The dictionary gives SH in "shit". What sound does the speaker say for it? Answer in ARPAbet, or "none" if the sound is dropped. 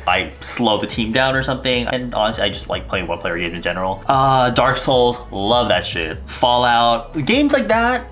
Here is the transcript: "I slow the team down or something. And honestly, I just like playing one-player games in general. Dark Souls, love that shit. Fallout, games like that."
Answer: SH